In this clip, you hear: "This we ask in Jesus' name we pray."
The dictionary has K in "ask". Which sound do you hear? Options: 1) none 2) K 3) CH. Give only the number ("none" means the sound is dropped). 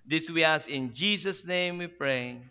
1